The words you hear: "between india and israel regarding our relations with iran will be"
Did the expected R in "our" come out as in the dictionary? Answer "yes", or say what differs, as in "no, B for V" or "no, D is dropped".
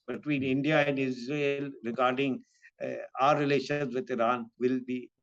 yes